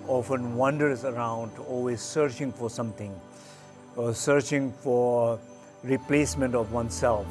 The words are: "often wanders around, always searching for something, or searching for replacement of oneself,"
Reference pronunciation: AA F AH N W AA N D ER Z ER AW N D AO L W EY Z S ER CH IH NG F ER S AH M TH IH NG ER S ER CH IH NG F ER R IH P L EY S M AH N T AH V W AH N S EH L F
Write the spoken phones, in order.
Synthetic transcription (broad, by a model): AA F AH N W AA N D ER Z ER AW N D AO L W EY Z S ER CH IH NG F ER S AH M T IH NG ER S ER CH IH NG F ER R IH P L EY S M AH N T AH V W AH N S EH L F